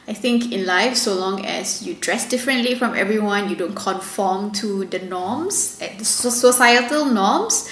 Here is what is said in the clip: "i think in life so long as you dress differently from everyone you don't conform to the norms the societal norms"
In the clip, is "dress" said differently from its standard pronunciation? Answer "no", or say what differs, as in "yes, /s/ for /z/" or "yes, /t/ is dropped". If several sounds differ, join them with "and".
no